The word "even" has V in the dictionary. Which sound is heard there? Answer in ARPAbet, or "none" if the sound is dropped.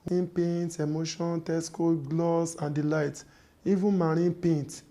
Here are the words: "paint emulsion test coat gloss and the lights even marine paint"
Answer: V